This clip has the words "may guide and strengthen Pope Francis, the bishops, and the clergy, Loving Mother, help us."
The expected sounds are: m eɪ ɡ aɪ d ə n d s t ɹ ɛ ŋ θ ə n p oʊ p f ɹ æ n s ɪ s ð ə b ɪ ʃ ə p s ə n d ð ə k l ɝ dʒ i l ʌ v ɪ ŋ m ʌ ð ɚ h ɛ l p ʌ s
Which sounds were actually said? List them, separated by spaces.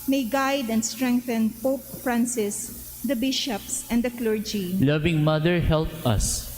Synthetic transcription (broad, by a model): m eɪ ɡ aɪ d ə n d s t ɹ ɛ ŋ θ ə n p oʊ p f ɹ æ n s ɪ s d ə b ɪ ʃ ə p s ə n d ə k l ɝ dʒ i l ʌ v ɪ ŋ m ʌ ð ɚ h ɛ l p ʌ s